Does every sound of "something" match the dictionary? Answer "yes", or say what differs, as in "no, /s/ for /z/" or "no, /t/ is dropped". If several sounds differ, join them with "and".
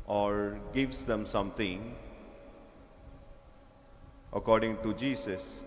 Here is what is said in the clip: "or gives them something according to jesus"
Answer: no, /t/ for /θ/